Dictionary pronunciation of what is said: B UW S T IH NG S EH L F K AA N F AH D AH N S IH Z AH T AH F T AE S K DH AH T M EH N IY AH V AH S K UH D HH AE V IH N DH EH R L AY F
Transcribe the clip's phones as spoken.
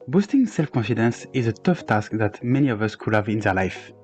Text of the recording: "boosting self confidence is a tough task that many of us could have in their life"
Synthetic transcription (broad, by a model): B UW S T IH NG S EH L F K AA N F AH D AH N S IH Z AH T AH F T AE S K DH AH T M EH N IY AH V AH S K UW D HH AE V IH N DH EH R L AY F